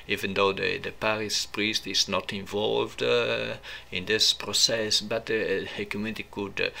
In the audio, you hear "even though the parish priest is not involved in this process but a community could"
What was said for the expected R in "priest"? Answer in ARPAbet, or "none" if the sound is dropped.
R